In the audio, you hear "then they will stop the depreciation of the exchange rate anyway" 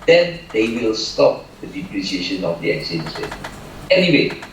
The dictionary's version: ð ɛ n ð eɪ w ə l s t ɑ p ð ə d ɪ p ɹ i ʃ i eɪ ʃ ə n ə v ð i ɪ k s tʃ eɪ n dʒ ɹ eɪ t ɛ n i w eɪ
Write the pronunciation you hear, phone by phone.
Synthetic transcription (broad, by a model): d ɛ n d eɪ w ə l s t ɑ p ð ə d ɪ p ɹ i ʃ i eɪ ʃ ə n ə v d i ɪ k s eɪ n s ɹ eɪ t ɛ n i w eɪ